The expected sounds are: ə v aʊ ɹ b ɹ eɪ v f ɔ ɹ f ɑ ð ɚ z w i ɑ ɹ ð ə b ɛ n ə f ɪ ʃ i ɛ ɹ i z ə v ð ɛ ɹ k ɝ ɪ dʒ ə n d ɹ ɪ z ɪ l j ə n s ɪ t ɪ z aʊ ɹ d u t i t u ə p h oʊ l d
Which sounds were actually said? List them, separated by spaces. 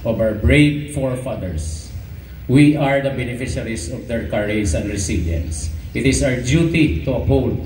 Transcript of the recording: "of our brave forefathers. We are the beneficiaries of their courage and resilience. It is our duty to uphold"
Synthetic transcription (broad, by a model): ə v aʊ ɹ b ɹ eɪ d f ɔ ɹ f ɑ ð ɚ s w i ɑ ɹ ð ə b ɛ n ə f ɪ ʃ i ɹ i s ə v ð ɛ ɹ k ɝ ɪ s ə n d ɹ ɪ s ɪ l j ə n s ɪ t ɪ s aʊ ɹ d u t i t u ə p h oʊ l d